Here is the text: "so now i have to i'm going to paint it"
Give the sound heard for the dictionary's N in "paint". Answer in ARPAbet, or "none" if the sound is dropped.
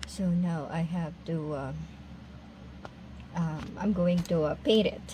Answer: none